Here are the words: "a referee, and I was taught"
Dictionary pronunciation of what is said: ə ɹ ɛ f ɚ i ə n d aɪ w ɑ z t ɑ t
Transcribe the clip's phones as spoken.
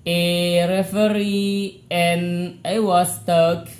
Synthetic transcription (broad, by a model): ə ɹ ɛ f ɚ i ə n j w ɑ s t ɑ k